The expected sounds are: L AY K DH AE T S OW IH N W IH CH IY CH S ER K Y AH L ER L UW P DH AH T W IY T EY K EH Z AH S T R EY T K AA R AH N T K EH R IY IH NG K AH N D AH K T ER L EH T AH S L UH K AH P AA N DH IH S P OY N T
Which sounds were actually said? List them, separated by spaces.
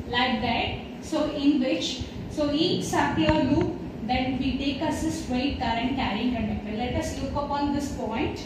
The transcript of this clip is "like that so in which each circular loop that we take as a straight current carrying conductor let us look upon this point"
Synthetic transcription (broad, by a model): L AY K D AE T S OW IH N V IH CH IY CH S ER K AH ER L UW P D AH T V IY T EY K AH S AH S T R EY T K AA R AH N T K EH R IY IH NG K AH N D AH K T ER L EH T AH S L UH K AH P AA N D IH S P OY N T